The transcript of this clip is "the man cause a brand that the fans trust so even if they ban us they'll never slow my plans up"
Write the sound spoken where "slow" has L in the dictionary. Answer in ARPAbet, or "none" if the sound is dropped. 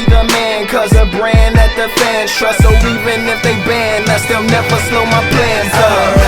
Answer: L